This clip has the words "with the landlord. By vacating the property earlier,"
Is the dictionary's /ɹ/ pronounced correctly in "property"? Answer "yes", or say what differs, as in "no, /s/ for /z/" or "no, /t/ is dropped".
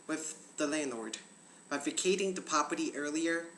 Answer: no, /ɹ/ is dropped